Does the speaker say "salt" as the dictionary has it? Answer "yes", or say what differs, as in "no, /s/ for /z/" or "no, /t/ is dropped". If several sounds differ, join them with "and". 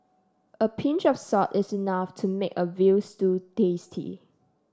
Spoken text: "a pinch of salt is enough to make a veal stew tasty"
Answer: no, /l/ is dropped